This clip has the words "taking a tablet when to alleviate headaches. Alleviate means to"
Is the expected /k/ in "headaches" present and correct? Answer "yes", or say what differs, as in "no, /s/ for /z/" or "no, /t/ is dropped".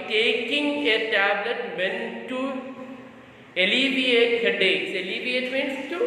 no, /k/ is dropped